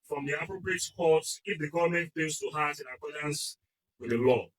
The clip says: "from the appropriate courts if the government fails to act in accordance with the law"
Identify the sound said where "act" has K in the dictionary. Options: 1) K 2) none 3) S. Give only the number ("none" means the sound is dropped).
2